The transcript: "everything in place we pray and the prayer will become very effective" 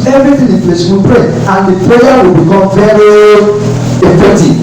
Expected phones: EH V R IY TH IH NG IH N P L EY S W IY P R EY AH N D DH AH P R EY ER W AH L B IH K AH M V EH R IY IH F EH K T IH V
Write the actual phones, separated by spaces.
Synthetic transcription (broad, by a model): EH V R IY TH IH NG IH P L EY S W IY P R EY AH N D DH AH P L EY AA W AH L B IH K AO M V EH R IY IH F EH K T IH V